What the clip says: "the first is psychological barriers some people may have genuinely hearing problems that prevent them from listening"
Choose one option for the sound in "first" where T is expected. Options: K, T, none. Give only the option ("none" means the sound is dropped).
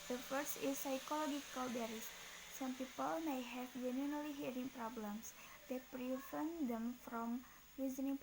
none